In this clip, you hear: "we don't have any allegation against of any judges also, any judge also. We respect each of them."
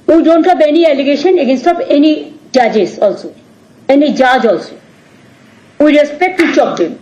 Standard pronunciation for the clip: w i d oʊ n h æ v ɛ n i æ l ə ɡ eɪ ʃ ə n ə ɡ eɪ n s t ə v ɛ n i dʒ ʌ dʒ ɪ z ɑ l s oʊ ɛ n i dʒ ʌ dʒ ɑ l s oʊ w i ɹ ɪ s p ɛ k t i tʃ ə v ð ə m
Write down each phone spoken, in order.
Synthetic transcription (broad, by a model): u d oʊ n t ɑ b ɛ n i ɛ l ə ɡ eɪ ʃ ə n ə ɡ eɪ n s t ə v ɛ n i dʒ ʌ dʒ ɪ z ɑ l s oʊ ɛ n i dʒ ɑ dʒ ɑ l s oʊ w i ɹ ɪ s p ɛ k t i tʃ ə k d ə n